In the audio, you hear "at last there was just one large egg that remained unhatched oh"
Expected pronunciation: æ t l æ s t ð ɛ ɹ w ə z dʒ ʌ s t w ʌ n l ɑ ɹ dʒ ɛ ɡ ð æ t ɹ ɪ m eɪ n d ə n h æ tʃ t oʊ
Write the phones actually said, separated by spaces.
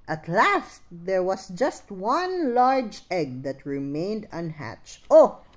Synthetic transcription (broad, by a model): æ t l æ s t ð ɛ ɹ w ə s dʒ ʌ s t w ʌ n l ɑ ɹ dʒ ɛ ɡ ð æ t ɹ ɪ m eɪ n d ə n h æ tʃ t oʊ